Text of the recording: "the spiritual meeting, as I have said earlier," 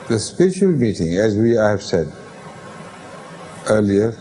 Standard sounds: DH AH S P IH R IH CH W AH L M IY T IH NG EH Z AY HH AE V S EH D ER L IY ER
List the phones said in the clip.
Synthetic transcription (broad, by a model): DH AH S P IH R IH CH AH L M IY T IH NG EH Z AY HH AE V S EH D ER L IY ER